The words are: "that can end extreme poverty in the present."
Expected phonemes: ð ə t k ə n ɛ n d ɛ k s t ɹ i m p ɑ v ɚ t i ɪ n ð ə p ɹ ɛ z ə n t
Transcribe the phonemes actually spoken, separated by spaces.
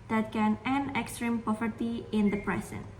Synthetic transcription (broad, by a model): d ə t k ə n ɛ n ɛ k s t ɹ i m p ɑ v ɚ t i ɪ n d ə p ɹ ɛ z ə n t